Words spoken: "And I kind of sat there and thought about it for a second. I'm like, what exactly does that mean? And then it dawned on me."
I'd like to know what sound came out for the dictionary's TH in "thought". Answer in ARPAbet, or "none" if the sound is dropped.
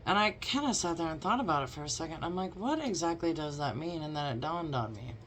TH